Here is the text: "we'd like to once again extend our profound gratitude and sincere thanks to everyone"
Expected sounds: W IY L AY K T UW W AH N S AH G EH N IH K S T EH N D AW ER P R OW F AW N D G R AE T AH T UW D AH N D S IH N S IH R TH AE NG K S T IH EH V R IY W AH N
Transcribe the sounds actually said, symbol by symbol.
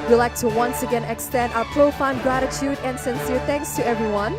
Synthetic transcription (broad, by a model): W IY L AY K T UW W AH N S AH G EH N IH K S T EH N D AW ER P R OW F AW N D G R AE T AH T UW D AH N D S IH N S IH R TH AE NG K S T IH EH V R IY W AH N